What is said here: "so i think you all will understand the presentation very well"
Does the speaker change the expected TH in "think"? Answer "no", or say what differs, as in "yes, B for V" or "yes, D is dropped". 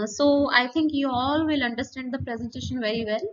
yes, T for TH